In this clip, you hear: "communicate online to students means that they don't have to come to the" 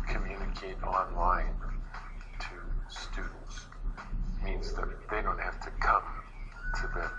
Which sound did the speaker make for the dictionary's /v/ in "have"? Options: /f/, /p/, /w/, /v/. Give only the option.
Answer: /f/